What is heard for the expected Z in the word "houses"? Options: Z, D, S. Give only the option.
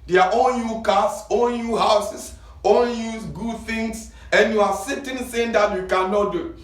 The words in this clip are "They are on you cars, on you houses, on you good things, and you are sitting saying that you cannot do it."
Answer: S